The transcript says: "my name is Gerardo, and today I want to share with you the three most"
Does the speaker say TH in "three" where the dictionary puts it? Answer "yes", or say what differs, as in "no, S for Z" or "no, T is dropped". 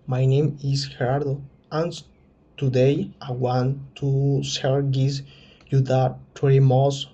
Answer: no, T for TH